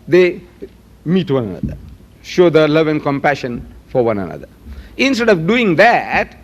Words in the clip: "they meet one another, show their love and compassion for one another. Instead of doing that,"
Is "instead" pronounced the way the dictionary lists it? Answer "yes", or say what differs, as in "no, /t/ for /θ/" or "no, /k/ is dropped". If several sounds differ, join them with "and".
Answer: yes